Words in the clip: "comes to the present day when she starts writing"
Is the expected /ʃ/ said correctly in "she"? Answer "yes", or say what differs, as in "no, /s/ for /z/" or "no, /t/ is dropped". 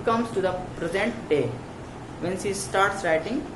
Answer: no, /s/ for /ʃ/